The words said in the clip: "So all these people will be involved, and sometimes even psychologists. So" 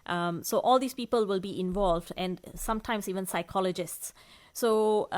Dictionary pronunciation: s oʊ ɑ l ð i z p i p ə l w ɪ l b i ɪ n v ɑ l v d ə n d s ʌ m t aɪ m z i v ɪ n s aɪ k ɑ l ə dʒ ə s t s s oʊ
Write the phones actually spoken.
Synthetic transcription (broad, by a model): s oʊ ɑ l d i s p i p ə l w ɪ l b i ɪ n v ɑ l v d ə n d s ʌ m t aɪ m s i v ɪ n s aɪ k ɑ l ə dʒ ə s t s s oʊ